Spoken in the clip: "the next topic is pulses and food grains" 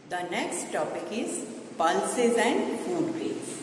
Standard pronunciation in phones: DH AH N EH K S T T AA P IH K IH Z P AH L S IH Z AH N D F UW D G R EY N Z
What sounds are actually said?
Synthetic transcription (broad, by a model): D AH N EH K S T T AA P IH K IH Z P AH L S IH Z AH N D F UW D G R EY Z